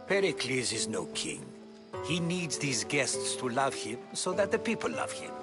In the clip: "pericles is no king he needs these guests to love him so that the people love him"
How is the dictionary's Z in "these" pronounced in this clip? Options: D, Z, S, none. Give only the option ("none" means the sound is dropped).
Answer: Z